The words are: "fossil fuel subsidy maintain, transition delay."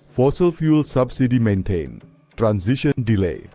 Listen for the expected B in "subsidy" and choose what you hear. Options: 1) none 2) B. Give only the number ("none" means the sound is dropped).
2